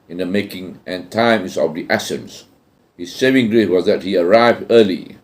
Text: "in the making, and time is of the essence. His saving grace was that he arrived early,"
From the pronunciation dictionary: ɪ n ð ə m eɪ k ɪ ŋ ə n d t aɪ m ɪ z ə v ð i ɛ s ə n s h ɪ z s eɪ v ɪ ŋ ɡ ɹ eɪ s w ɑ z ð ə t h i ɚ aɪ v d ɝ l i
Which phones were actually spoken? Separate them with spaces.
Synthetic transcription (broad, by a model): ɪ n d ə m eɪ k ɪ ŋ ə n t aɪ m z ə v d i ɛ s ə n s h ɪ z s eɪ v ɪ ŋ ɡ ɹ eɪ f w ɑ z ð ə t h i ɚ aɪ v d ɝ l i